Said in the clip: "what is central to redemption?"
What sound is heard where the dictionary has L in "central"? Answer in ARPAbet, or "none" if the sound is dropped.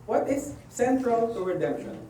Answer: L